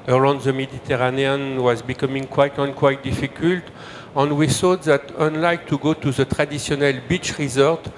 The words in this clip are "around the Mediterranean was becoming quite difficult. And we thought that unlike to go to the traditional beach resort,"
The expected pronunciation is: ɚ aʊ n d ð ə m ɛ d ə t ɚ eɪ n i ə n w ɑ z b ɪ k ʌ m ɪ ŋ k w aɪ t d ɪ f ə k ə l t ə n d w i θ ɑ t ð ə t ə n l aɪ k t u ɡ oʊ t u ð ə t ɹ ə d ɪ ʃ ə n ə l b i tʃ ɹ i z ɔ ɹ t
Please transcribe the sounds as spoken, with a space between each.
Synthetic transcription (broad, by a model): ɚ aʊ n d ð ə m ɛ d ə t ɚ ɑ n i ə n w ɑ z b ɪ k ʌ m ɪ ŋ k w aɪ t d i f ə k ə l t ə n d w i s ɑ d ð ə t ə n l aɪ k t u ɡ oʊ t u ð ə t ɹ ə d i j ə n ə l b i tʃ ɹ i z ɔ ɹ t